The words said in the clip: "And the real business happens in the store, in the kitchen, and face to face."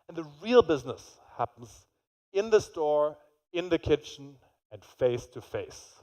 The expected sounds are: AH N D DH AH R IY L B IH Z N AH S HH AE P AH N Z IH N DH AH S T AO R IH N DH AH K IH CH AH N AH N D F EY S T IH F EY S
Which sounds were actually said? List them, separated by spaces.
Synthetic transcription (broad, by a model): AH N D DH AH R IY L B IH Z N AH S HH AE P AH N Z IH N DH AH S T AO R IH N DH AH K IH CH N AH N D F EY S T IH F EY S